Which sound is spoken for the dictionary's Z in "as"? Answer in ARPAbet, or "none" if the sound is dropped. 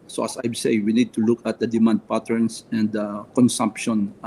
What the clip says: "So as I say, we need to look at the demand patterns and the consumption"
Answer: S